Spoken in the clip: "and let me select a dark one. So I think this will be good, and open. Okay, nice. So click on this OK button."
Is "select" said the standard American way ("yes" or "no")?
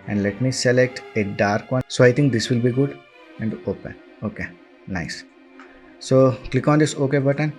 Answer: yes